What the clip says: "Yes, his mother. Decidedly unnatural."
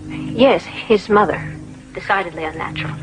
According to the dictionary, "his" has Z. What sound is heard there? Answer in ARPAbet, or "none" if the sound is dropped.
Z